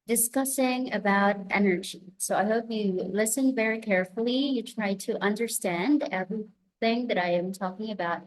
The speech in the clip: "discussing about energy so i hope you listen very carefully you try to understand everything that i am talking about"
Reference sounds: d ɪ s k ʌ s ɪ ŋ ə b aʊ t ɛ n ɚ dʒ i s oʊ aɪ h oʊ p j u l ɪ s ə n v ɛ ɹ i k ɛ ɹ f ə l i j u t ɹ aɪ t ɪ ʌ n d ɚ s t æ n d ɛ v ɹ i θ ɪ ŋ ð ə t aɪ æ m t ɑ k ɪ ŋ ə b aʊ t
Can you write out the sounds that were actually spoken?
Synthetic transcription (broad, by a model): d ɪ s k ʌ s ɪ ŋ ə b aʊ t ɛ n ɚ dʒ i s oʊ aɪ h oʊ p j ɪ l ɪ s ə n v ɛ ɹ i k ɛ ɹ f l i j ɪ t ɹ aɪ t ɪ ʌ n d ɚ s t æ n d ɛ v ɹ i θ ɪ ŋ ð ə t aɪ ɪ m t ɑ k ɪ ŋ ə b aʊ t